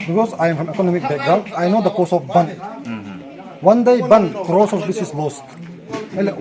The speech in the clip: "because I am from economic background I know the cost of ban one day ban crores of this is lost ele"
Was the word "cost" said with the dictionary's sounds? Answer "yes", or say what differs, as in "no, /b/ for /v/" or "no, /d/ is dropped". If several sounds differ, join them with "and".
no, /t/ is dropped